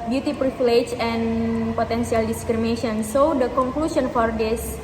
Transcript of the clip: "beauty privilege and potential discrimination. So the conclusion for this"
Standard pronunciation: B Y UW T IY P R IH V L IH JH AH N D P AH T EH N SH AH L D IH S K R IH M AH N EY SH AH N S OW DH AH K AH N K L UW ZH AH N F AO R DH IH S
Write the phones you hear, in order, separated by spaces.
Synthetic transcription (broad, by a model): B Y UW T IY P R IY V L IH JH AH N P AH T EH N S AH L D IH S K R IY M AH N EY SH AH N S OW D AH K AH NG K L UW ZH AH N F AO R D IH S